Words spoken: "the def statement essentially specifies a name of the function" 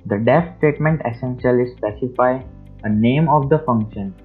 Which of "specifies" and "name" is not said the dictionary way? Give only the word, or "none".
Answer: specifies